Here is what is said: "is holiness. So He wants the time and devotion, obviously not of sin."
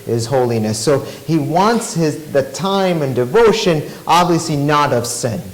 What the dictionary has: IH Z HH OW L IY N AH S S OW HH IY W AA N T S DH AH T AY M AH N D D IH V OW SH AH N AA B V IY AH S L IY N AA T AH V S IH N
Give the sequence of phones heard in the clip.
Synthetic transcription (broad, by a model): IH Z HH OW L IY N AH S S OW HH IY W AA N T S DH AH T AY M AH N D D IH V OW SH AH N AA B V IY AH S L IY N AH T AH V S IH N